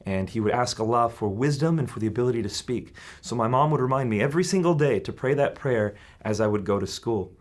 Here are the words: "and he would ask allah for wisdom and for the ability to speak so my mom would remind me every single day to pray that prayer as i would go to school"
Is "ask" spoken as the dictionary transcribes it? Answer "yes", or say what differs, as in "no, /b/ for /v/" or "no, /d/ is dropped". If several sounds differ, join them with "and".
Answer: yes